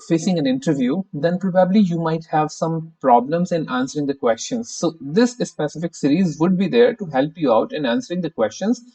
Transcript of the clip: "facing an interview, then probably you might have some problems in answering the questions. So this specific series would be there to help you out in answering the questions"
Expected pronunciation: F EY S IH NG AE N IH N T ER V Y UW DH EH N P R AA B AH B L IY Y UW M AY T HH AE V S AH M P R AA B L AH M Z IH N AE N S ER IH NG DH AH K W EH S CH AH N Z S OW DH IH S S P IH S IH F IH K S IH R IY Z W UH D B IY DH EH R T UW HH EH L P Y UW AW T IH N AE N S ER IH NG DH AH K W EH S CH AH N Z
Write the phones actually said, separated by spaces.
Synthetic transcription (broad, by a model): F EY S IH NG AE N IH N T ER V Y UW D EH N P R AA B AH B L IY Y UW M AY T HH AE V S AH M P R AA B L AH M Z IH N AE N S ER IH NG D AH K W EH S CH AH N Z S OW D IH S S P IH S IH F IH K S IH R IY Z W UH D B IY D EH R T UW HH EH L P Y UW AW T IH N AE N S ER IH NG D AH K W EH S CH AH N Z